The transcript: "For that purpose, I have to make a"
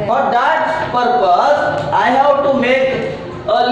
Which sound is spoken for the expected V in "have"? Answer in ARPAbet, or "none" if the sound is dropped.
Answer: W